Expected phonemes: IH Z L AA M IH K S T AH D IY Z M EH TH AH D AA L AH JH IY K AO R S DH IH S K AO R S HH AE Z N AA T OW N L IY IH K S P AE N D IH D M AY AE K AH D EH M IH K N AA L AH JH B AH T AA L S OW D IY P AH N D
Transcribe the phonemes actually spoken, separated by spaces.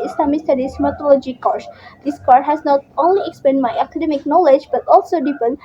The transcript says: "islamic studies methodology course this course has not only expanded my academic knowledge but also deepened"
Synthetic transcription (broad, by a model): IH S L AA M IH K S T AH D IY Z M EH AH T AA L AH JH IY K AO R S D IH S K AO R HH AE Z N AA T OW N L IY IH K S P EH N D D M AY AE K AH D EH M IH K N AA L AH JH B AH T AA L S OW D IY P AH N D